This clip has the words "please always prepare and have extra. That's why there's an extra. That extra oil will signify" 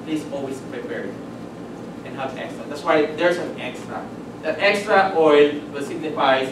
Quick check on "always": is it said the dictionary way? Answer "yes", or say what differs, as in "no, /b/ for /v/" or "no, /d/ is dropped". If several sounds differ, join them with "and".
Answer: no, /s/ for /z/